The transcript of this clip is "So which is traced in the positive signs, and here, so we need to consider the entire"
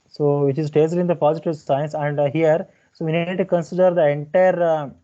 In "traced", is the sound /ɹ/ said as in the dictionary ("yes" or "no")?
no